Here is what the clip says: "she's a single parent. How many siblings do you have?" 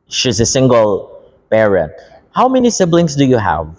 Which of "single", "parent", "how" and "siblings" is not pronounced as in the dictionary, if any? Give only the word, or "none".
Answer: siblings